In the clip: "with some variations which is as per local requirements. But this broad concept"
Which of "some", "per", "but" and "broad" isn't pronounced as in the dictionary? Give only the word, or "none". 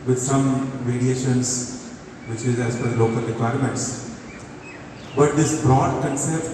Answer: per